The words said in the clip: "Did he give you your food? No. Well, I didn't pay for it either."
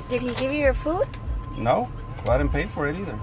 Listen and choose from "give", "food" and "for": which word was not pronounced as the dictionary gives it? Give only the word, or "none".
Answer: none